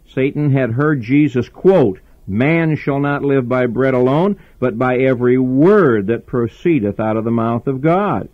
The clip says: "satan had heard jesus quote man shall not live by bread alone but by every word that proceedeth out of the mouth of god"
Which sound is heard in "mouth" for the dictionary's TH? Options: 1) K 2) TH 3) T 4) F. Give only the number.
2